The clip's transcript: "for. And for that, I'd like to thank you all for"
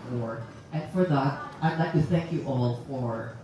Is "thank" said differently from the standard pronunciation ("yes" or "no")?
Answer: no